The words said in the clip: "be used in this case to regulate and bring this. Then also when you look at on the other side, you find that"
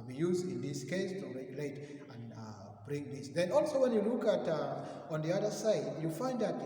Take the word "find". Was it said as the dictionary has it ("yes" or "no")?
yes